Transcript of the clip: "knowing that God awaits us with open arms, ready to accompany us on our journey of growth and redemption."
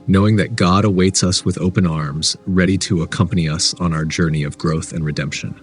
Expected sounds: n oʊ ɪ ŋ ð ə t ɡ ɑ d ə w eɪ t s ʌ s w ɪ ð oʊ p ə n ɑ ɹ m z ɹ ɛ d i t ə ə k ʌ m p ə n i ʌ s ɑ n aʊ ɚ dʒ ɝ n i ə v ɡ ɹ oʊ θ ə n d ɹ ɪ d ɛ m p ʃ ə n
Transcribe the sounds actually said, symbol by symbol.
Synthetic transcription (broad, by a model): n oʊ ɪ ŋ ð ə t ɡ ɑ d ə w eɪ t s ʌ s w ɪ ð oʊ p ə n ɑ ɹ m z ɹ ɛ d i t ə ə k ʌ m p ə n i ʌ s n aʊ ɚ dʒ ɝ n i ə v ɡ ɹ oʊ θ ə n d ɹ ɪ d ɛ m p ʃ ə n